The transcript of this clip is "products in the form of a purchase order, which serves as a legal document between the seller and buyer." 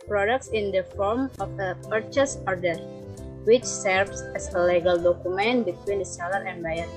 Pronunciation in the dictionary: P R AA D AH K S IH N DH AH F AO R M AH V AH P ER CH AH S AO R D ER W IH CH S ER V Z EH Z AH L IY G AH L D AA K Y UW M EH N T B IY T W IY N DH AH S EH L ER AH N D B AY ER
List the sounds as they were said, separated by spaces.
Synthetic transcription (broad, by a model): P R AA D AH K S IH N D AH F AO R M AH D AH P ER CH AH S AO R D ER W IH CH S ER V S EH S AH L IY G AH L D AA K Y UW M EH N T B IY T W IY N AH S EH L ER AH N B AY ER